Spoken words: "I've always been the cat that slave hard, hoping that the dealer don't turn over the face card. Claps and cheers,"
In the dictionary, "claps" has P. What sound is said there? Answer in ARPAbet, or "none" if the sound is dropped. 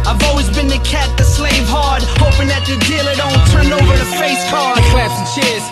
none